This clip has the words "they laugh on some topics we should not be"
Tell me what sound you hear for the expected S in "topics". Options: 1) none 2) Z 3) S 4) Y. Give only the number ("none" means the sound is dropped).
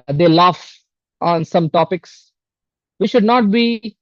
3